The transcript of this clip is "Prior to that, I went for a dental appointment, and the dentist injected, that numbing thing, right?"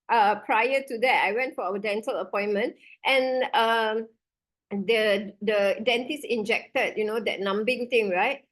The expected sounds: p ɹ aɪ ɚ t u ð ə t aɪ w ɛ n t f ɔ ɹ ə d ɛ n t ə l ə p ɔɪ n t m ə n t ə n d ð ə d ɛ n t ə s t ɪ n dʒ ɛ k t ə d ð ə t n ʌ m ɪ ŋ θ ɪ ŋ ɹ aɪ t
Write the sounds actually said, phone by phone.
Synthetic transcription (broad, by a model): p ɹ aɪ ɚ t u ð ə t aɪ w ɛ n t f ɔ w ə d ɛ n t ə l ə p ɔɪ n m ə n t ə n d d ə d ɛ n t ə s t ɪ n dʒ ɛ k t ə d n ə t n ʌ m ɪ ŋ t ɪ ŋ ɹ aɪ t